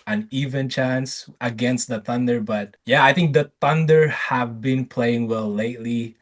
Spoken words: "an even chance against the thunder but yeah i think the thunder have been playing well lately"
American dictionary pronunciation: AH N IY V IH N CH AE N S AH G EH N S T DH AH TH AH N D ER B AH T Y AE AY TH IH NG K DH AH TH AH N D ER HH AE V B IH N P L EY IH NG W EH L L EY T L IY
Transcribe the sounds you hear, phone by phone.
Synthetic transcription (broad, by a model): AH N IY V IH N CH AE N S AH G EH N S T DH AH TH AH N D ER B AH T Y AE AY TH IH NG K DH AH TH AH N D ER HH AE V B IH N P L EY IH NG W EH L L EY T L IY